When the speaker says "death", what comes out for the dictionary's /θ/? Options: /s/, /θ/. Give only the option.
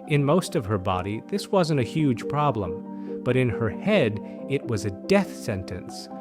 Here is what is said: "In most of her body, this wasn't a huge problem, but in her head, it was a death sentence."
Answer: /θ/